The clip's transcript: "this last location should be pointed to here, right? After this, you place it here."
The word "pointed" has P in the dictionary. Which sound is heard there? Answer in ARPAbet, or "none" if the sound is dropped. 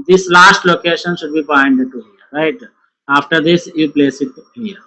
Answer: B